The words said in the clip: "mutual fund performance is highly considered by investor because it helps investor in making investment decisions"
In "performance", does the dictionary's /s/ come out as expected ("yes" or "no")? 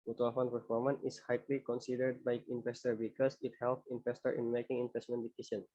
no